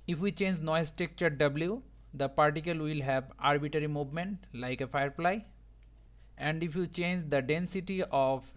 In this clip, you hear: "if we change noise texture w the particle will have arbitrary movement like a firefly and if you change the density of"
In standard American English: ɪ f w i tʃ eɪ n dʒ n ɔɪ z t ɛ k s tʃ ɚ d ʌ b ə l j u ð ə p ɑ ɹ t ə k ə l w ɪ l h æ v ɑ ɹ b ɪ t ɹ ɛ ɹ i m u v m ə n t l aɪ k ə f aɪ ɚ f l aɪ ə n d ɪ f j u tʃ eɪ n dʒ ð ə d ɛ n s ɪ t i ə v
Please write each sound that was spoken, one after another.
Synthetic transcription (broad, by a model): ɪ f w i tʃ eɪ n dʒ n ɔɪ s t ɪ k tʃ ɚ d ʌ b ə l j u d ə p ɑ ɹ t ə k ə l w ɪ l h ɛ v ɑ ɹ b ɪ t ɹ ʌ ɹ i m u v m ə n t l aɪ k ə f aɪ ɚ f l aɪ ə n d ɪ f j u tʃ eɪ n dʒ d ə d ɛ n s ɪ t i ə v